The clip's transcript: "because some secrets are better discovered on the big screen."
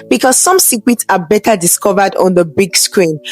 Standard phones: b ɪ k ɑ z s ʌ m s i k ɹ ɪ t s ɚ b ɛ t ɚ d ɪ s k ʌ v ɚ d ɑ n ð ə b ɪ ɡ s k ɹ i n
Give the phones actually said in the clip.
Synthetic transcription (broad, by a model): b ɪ k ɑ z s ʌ m s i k w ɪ t s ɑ b ɛ t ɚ d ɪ s k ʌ v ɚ d ɑ n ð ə b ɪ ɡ s k ɹ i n